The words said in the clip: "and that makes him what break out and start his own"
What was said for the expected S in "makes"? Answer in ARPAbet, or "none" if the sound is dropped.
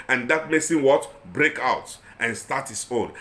S